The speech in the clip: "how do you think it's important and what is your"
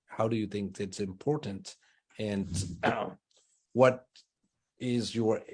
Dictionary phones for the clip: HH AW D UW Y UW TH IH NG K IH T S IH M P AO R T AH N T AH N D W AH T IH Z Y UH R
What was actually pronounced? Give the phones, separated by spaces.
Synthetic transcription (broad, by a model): HH AW D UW Y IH TH IH NG K IH T S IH M P AO R T N T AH N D W AH T IH Z Y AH R